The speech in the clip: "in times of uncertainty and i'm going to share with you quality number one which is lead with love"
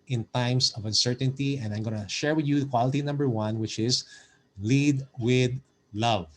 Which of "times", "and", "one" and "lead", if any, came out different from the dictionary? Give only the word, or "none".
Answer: times